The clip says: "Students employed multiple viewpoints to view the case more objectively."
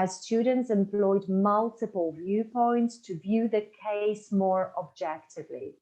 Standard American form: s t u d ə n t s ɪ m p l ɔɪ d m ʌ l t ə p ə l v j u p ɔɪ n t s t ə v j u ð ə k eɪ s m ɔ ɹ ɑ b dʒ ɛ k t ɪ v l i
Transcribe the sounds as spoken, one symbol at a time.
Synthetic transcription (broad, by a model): s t u d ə n t s ɪ m p l ɔɪ d m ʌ l t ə p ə l v j u p ɔɪ n t s t ə v j u ð ə k eɪ s m ɔ ɹ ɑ b dʒ ɛ k t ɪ v l i